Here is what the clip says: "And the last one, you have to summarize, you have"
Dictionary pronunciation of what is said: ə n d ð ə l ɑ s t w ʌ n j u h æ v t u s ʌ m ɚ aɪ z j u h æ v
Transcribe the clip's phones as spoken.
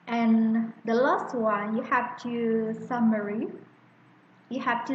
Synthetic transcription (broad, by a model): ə n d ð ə l ɑ s t w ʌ n j u h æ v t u s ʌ m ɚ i j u h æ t